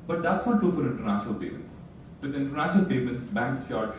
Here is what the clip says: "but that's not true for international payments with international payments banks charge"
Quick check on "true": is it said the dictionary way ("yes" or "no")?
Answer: no